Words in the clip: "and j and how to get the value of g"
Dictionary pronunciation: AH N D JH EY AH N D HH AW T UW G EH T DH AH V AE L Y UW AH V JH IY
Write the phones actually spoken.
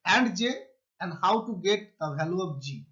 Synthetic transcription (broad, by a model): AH N D JH EY AH N D HH AW T UW G EH T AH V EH L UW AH P JH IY